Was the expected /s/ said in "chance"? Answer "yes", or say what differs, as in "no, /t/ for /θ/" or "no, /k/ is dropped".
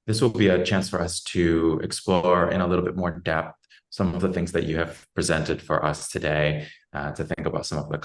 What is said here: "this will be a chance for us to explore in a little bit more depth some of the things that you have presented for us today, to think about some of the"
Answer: yes